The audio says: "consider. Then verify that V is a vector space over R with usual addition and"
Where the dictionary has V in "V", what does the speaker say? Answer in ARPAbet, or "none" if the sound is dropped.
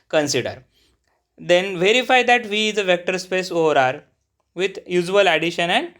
V